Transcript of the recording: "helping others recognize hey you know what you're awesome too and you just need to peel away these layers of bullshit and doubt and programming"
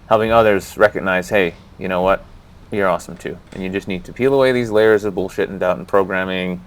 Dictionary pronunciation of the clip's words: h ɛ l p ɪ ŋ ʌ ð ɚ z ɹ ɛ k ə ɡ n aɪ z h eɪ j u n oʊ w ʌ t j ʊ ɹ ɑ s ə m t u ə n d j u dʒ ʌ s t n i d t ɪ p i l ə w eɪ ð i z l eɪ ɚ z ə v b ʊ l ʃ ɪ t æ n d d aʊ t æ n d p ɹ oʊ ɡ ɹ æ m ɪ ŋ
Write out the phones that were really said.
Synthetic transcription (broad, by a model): h ɛ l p ɪ ŋ ʌ ð ɚ z ɹ ɛ k ə ɡ n aɪ z h eɪ j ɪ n oʊ w ʌ t j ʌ ɹ ɑ s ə m t u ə n j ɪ dʒ ʌ s t n i d t ɪ p i l ə w eɪ ð i z l eɪ ɚ z ə v b ʊ l ʃ ɪ t n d d aʊ t n p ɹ oʊ ɡ ɹ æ m ɪ ŋ